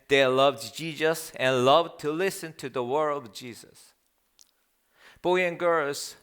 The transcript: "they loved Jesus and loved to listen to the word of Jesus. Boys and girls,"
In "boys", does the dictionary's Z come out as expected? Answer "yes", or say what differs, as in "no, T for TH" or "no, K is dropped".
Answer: no, Z is dropped